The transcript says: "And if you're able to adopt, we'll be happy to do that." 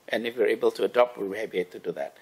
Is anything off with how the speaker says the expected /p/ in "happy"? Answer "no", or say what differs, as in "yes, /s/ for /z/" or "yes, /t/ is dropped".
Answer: yes, /b/ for /p/